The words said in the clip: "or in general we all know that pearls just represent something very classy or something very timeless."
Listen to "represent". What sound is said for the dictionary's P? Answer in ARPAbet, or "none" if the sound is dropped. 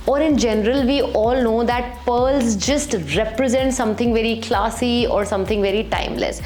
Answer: P